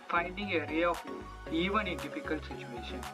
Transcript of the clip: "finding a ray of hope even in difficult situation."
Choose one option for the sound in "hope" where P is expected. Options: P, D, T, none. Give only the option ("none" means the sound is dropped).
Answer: none